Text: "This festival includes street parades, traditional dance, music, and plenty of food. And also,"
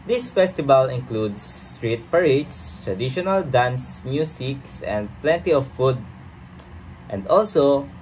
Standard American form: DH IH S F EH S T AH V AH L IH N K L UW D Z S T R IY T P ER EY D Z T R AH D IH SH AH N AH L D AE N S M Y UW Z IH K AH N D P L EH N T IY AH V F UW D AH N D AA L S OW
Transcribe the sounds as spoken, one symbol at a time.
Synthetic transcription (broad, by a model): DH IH S F EH S T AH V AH L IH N K L UW D S T R IY T P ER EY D S T R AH D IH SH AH N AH L D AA N S M Y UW S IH K AH N D P L EH N T IY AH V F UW D AH N D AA L S OW